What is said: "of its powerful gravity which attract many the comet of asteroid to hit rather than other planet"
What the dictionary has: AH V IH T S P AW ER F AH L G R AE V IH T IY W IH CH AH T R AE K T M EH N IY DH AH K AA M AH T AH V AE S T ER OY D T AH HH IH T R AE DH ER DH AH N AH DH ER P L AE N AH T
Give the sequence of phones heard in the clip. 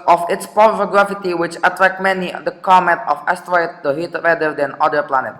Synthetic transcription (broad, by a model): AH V IH T S P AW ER AH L G R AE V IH T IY W IH CH AH T R AE K T M EH N IY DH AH K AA M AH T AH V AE S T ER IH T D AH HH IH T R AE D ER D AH N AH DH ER P L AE N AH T